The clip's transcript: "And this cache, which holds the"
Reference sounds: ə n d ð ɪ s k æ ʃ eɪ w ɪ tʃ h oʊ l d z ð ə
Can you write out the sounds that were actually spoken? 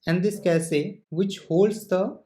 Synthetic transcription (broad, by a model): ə n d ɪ s k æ s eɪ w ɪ tʃ h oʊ l d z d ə